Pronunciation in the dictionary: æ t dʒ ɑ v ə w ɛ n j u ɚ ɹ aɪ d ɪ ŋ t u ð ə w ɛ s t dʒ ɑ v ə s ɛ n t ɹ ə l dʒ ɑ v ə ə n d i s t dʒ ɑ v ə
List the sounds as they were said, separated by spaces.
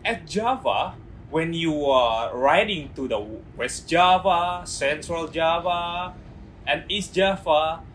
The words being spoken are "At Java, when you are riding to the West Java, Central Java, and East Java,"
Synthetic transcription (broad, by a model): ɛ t dʒ ɑ v ə w ɛ n j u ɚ ɹ aɪ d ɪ ŋ t u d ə w ɛ s t dʒ ɑ v ə s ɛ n s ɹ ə l dʒ ɑ v ə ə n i s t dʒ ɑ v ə